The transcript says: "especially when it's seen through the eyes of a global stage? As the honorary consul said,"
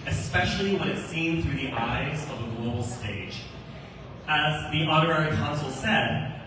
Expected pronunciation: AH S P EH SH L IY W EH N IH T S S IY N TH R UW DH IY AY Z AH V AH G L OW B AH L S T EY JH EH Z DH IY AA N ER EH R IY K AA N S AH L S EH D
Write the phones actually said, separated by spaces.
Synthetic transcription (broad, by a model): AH S P EH SH L IY W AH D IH T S S IY N TH R UW DH IY AY Z AH V AH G L OW B L S T EY JH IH Z DH IY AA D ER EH R IY K AA N S L S EH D